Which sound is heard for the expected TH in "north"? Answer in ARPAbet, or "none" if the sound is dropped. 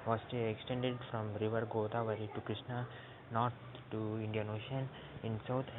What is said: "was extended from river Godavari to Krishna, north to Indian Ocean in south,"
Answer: T